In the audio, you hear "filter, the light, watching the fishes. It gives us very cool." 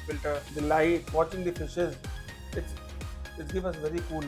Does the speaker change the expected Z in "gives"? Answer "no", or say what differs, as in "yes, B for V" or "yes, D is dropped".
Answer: yes, Z is dropped